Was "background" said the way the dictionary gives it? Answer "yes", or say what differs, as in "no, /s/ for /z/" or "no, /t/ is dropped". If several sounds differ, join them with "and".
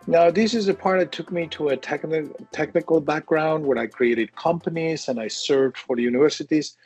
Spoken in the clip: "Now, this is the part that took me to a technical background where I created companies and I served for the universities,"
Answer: yes